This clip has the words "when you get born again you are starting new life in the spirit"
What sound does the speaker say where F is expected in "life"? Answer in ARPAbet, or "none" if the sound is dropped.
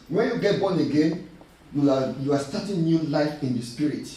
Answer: F